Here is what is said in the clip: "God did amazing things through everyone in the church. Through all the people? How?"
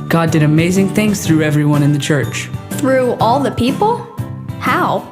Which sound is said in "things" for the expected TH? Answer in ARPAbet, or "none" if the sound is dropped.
TH